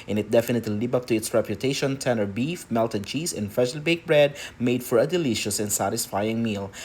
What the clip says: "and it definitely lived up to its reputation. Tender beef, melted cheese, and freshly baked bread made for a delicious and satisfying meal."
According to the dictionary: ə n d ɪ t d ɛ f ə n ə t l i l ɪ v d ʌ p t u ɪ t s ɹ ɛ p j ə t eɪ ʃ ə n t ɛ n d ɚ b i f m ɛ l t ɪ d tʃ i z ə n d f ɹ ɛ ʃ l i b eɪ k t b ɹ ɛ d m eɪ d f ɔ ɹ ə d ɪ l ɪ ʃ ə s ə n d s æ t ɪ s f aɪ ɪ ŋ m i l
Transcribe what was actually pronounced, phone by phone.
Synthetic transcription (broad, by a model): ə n ɪ t d ɛ f ə n ə t l i l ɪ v ʌ p t u ɪ t s ɹ ɛ p j ə t eɪ ʃ ə n t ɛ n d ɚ b i f m ɛ l t ɪ d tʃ i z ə n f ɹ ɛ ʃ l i b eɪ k b ɹ ɛ d m eɪ d f ɔ ɹ ə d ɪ l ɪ ʃ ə s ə n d s æ t ɪ s f aɪ ɪ ŋ m i l